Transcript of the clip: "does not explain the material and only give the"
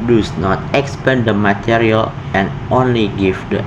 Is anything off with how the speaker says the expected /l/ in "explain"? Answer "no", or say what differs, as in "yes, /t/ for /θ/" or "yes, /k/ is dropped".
yes, /l/ is dropped